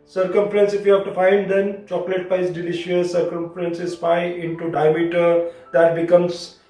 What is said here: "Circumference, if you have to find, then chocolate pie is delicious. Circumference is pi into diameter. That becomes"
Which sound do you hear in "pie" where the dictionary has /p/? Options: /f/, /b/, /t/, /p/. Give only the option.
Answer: /b/